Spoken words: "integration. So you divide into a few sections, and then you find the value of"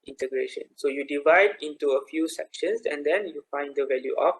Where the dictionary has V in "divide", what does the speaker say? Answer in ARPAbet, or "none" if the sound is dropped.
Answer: V